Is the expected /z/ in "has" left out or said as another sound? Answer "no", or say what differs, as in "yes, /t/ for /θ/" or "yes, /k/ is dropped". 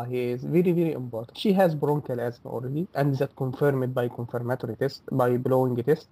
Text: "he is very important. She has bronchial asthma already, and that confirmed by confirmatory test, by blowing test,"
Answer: no